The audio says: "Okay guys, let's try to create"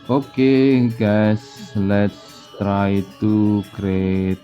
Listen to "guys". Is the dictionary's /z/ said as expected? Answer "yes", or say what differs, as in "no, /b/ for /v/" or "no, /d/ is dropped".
no, /s/ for /z/